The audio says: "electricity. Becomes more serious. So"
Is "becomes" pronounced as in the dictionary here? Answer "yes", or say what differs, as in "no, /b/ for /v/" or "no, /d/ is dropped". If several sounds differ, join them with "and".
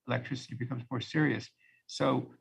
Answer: yes